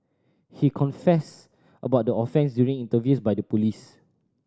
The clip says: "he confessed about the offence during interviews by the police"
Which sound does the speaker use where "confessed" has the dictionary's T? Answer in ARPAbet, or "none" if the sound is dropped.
T